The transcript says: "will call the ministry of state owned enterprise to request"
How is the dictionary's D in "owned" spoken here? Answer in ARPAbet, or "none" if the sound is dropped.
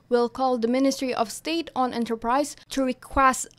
none